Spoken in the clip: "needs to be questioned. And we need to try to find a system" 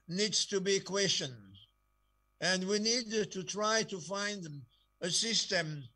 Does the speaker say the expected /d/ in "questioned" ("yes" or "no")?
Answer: no